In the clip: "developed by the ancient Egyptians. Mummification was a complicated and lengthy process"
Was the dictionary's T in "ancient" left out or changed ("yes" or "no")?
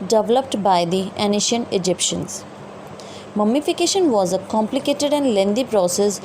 yes